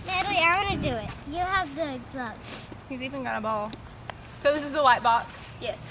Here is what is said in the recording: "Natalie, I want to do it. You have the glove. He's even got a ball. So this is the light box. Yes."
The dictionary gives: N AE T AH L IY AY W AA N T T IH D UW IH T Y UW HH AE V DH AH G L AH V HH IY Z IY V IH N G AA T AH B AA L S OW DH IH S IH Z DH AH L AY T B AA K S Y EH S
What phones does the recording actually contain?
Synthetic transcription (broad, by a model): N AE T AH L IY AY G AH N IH D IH IH T Y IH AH V DH AH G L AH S HH IY Z IY V IH N G AA T AH B AA L S OW DH IH S IH Z DH AH W AY T B AA K S Y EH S